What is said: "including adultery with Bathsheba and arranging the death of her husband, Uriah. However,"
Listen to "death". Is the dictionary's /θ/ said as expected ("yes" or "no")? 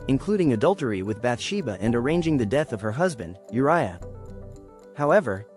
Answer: yes